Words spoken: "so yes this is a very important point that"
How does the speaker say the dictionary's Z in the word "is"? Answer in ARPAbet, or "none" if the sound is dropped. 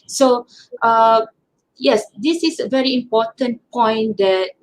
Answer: S